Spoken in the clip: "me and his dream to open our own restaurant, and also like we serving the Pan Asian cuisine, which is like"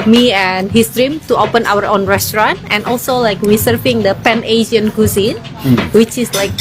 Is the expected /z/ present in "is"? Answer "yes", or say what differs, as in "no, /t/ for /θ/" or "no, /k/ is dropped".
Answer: no, /s/ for /z/